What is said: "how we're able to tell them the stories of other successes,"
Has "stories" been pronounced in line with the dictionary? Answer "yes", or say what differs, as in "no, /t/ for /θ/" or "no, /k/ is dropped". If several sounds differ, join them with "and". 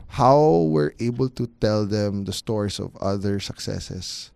no, /s/ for /z/